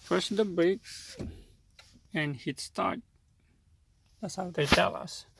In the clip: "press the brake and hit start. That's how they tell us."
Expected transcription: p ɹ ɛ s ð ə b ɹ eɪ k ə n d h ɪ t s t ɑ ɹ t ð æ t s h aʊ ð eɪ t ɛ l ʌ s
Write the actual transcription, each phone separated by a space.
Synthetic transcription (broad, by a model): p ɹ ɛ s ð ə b eɪ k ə n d h ɪ t s t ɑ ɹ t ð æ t s h aʊ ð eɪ t ɛ l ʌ s